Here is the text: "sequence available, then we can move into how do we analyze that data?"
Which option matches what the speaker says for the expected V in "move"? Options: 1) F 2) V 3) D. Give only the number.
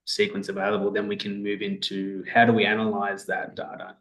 2